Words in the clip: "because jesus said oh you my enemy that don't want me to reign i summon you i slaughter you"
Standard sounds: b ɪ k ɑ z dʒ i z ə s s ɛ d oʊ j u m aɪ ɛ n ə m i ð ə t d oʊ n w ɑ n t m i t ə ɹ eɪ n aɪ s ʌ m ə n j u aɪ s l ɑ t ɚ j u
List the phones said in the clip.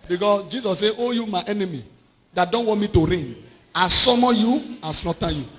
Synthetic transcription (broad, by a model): b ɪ k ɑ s dʒ i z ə s s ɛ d oʊ j u m aɪ ɛ n ə m i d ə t d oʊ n w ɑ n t m i t ə ɹ eɪ n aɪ s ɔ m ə j u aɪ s n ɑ t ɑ j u